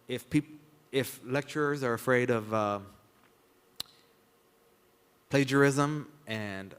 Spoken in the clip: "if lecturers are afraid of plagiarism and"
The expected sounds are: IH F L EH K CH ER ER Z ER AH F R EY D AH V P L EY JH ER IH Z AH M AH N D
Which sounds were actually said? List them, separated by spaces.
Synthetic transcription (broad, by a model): IH F L EH K CH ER ER Z ER AH F R EY D AH V P L EY JH ER IH Z AH M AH N